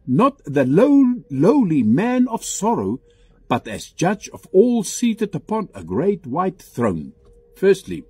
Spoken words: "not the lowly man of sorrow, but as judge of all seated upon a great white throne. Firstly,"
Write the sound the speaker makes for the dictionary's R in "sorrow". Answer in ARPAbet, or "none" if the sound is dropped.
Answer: R